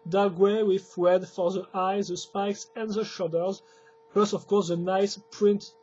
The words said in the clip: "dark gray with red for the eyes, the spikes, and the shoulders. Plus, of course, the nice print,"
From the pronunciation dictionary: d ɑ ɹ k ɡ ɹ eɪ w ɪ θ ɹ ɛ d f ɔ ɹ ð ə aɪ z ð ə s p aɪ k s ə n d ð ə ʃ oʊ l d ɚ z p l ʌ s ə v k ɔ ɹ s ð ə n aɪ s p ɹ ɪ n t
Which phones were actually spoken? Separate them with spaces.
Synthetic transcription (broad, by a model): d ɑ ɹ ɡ w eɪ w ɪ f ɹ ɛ d f ɔ ɹ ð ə aɪ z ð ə s p aɪ k s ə n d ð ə ʃ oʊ d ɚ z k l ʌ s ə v k ɔ ɹ s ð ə n aɪ s p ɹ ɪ n t